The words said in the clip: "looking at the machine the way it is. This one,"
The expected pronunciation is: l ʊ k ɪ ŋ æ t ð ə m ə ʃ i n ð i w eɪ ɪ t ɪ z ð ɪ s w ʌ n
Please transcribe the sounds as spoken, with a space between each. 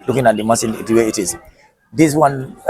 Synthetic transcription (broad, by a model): l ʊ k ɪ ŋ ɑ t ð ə m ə s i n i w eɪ ɪ t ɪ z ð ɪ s w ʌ n